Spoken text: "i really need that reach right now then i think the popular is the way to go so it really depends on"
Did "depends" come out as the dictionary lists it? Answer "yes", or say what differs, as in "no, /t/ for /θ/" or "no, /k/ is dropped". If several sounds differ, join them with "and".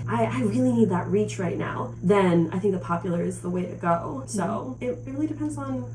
yes